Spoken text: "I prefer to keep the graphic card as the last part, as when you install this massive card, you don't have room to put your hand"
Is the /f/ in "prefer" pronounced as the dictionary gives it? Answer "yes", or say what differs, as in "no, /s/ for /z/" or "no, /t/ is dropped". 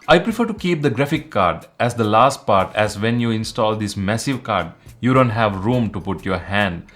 yes